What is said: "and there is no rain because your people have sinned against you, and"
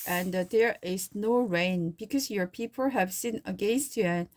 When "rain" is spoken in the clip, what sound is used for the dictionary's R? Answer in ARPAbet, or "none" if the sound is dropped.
R